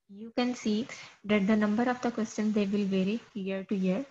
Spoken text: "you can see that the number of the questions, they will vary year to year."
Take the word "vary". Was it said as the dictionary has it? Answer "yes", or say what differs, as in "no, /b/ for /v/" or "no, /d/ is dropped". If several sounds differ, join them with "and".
yes